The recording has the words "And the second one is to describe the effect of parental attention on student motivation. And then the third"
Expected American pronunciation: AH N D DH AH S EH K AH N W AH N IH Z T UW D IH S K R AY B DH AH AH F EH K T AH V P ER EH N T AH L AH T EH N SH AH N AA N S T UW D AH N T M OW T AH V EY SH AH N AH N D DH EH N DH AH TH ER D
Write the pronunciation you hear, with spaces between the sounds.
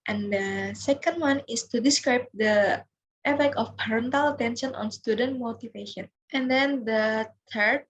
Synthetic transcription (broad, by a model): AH N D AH S EH K AH N W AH N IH S T UW D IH S K R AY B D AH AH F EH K AH F P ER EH N T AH L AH T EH N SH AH N AA N S T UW D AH N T M OW T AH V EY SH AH N AH N D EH N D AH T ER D